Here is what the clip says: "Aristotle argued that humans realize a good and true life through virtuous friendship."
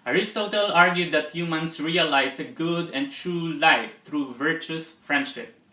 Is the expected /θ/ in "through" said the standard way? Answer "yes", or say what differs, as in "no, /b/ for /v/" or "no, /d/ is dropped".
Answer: no, /t/ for /θ/